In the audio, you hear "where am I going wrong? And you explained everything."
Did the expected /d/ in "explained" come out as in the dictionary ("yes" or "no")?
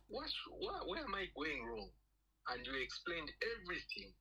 yes